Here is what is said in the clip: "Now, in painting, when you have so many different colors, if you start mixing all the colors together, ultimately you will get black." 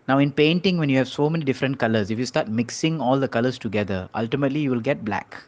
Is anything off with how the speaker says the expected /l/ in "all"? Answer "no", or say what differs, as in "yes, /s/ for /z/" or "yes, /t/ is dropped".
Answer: no